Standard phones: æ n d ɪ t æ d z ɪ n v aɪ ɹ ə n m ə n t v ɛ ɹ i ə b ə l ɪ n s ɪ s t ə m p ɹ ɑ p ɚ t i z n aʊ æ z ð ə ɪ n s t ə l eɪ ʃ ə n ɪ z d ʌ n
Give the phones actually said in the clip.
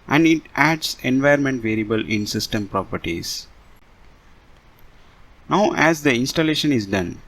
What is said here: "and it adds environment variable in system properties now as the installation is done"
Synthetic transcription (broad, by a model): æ n d ɪ t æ d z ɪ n v aɪ ə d m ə n t v ɛ ɹ i ə b ə l ɪ n s ɪ s t ə m p ɹ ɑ p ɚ t i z n aʊ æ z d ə ɪ n s t ə l eɪ ʃ ə n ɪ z d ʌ n